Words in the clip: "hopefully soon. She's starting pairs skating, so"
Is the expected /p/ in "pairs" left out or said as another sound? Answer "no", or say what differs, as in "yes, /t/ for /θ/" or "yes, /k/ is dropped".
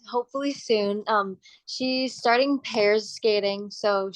no